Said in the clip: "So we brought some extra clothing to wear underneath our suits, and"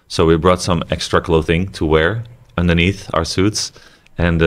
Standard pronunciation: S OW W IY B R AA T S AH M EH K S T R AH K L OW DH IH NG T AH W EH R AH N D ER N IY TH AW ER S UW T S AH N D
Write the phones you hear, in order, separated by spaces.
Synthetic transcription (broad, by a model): S OW W IY B R AA T S AH M EH K S T R AH K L OW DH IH NG T AH W EH R AH N D ER N IY TH AW ER S UW T S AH N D